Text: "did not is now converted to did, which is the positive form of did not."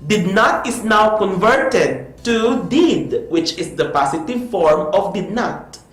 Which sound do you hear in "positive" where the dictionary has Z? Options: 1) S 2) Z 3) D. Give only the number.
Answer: 1